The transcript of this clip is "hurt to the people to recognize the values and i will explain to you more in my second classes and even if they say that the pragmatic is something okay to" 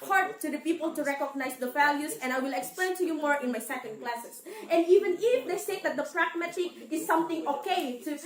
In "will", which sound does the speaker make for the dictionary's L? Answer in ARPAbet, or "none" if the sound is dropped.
L